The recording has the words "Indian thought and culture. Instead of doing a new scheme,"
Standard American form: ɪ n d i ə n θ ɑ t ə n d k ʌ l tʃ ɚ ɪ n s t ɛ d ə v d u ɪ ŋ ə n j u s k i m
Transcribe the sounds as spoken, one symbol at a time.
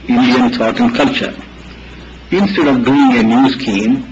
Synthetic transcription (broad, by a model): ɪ n d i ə n t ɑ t ə n d k ʌ l tʃ ɚ ɪ n s t ɛ d ə v d u ɪ ŋ ə n j u s k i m